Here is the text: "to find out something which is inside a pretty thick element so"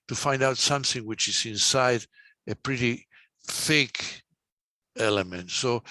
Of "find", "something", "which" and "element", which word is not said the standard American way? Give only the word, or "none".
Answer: none